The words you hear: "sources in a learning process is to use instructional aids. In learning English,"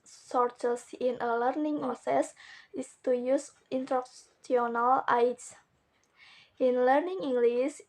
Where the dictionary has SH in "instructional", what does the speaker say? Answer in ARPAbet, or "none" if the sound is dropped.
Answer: S